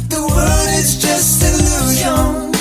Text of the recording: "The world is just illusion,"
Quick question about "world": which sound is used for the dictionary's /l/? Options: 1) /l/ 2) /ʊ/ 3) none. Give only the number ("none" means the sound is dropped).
3